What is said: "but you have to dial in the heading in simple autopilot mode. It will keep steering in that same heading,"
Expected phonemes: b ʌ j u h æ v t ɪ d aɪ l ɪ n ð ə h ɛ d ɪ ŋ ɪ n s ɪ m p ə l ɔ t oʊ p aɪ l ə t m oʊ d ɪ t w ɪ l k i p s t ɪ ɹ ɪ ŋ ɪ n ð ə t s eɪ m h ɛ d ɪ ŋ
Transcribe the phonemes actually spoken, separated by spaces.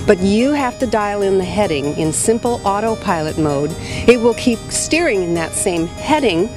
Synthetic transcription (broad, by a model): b ʌ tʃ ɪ h æ f t ɪ d aɪ l ɪ n ð ə h ɛ d ɪ ŋ ɪ n s ɪ m p l ɔ t oʊ p aɪ l ə t m oʊ d ɪ t w ɪ l k i p s t ɪ ɹ ɪ ŋ ɪ n ð ə t s eɪ m h ɛ d ɪ ŋ